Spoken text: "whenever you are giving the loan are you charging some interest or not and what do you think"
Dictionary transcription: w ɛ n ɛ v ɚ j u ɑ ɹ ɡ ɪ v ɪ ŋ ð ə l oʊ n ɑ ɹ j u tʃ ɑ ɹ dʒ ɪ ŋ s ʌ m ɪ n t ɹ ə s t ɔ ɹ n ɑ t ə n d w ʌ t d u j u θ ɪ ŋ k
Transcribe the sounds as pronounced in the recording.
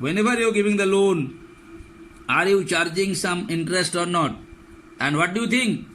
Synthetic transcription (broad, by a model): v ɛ n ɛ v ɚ j u ɹ ɡ ɪ v ɪ ŋ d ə l oʊ n ɑ ɹ j u tʃ ɑ ɹ dʒ ɪ ŋ s ʌ m ɪ n t ɹ ə s t ɔ ɹ n ɑ t ə n d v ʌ t d u j u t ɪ ŋ k